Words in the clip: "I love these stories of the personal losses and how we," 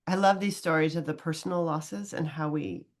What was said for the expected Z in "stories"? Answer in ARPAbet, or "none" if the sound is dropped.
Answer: Z